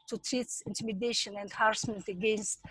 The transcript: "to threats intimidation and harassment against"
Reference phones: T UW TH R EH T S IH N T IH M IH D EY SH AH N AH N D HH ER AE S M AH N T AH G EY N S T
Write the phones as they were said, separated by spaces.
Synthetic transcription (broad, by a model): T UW T R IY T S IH N T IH M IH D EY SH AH N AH N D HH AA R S M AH N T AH G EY N S T